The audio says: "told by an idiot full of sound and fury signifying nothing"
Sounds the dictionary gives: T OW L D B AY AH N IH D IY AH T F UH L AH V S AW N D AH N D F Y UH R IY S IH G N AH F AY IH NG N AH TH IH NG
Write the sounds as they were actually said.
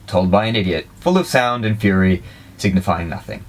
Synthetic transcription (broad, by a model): T OW L D B AY AH N IH D IY AH T F UH L AH V S AW N D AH N F Y UH R IY S IH G N AH F AY IH NG N AH TH IH NG